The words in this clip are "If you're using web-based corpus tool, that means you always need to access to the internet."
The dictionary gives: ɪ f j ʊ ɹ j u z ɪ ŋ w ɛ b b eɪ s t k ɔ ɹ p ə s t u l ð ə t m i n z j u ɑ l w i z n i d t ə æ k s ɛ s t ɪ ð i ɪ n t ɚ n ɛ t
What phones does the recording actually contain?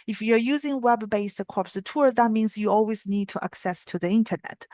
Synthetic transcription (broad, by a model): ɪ f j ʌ ɹ j u z ɪ ŋ w ɛ b b eɪ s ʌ k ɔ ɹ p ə t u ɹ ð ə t m i n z j u ɑ l w i z n i d t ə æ k s ɛ s t ɪ ð i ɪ n t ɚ n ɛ t